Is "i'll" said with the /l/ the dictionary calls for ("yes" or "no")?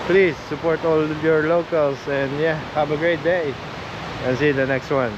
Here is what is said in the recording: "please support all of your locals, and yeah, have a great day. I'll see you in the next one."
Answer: no